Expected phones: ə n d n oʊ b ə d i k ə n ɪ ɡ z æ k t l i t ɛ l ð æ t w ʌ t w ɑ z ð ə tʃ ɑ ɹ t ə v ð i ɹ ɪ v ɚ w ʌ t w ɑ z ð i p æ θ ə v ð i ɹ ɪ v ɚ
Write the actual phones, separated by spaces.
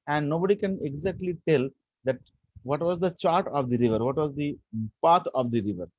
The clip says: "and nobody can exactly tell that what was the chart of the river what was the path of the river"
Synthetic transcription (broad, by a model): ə n d n oʊ b ə d i k ə n ɪ ɡ z æ k t l i t ɛ l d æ t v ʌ t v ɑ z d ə tʃ ɑ ɹ t ə v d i ɹ ɪ v ɚ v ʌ t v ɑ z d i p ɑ t ə v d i ɹ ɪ v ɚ